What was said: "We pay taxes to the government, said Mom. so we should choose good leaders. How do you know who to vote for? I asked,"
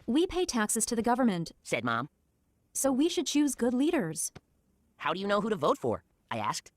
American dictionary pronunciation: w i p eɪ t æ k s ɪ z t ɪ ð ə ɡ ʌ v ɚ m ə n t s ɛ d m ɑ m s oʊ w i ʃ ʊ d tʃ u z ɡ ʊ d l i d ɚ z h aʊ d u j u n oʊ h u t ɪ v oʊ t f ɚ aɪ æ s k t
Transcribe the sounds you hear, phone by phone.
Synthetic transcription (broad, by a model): w i p eɪ t æ k s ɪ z t ɪ ð ə ɡ ʌ v ɚ m ə n t s ɛ d m ɑ m s oʊ w i ʃ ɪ d tʃ u z ɡ ʊ d l i d ɚ z h aʊ d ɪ j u n oʊ h u t ɪ v oʊ t f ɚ aɪ æ s k t